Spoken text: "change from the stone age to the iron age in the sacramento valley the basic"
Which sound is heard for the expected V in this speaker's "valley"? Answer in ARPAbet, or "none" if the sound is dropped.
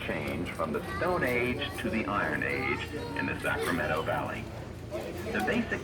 V